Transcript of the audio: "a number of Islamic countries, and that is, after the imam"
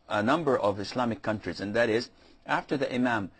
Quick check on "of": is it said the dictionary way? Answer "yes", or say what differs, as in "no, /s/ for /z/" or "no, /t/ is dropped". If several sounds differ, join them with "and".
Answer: yes